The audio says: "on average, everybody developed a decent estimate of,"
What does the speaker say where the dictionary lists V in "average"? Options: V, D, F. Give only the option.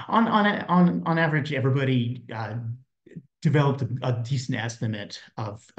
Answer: V